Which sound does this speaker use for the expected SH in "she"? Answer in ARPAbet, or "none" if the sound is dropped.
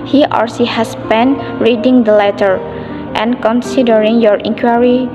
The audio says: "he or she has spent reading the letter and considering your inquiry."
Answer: S